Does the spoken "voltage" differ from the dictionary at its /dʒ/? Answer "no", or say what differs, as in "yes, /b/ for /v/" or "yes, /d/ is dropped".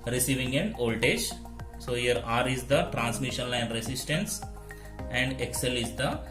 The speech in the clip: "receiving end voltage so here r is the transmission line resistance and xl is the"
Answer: yes, /ʃ/ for /dʒ/